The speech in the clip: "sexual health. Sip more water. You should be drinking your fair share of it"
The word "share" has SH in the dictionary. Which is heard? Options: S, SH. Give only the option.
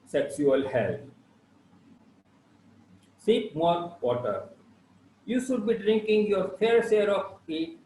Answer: S